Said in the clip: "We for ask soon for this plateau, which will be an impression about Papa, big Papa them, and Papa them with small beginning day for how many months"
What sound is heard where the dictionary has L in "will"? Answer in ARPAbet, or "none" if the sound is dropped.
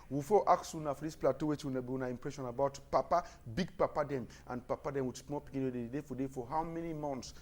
N